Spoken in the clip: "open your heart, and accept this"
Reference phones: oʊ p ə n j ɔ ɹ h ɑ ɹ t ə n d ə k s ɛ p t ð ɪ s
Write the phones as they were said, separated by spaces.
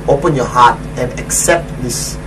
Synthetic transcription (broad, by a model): oʊ p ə n j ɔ h ɑ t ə n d ə k s ɛ p t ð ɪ s